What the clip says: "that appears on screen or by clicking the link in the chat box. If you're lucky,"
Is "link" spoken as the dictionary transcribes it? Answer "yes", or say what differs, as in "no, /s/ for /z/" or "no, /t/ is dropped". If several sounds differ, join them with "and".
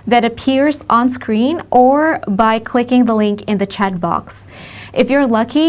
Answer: yes